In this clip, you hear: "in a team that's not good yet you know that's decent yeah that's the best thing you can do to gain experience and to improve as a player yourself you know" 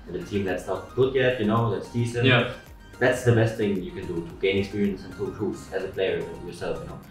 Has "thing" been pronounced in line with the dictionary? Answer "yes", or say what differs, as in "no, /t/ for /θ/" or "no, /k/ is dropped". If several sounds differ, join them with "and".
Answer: yes